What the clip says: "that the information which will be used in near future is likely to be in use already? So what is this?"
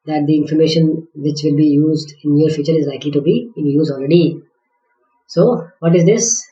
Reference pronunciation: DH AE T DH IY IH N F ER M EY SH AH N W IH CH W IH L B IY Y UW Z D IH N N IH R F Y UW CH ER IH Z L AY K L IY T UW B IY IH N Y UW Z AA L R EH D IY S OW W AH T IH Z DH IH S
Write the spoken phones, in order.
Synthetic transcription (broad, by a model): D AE T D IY IH N F ER M EY SH AH N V IH CH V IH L B IY Y UW Z D IH N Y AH R F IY CH ER IH Z L AY K L IY T UW B IY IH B Y UW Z AA L R EH D IY S OW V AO T IH Z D IH S